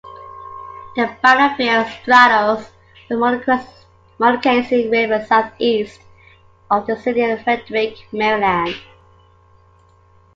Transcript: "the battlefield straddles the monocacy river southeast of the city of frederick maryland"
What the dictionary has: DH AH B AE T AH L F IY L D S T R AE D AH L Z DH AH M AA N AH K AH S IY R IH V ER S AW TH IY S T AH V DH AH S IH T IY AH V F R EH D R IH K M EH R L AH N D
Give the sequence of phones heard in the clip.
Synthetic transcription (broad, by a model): DH AH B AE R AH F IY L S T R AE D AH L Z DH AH M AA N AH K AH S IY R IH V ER S AW TH IY S T AH V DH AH S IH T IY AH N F R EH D R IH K M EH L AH N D